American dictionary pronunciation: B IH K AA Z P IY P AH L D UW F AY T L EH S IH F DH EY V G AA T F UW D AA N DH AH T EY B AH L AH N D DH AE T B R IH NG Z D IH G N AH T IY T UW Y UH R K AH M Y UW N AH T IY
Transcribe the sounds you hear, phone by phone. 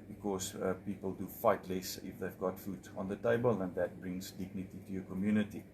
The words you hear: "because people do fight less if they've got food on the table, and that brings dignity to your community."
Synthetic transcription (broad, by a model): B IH K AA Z P IY P AH L D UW F AY T L EH S IH F DH EY V G AA T F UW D AA N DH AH T EY B AH L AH N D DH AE T B R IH NG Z D IH G N AH T IY T UW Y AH K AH M Y UW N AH T IY